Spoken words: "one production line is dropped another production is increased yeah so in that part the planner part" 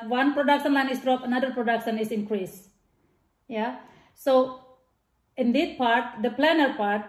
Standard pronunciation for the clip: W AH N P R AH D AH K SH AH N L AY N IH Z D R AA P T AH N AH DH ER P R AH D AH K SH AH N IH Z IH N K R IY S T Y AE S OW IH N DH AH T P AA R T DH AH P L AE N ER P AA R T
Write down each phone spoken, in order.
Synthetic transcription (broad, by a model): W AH N P R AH D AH K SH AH N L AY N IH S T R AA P AH N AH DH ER P R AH D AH K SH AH N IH S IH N K R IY S Y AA S OW IH N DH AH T P AA R T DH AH P L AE N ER P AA R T